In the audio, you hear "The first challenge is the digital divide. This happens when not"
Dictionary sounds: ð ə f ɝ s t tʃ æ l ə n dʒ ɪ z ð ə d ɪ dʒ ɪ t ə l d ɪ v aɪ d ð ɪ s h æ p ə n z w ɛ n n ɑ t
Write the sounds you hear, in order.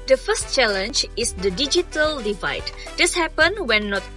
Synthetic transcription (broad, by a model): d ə f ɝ s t tʃ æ l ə n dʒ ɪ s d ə d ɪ dʒ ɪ t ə l d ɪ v aɪ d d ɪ s h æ p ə n w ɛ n n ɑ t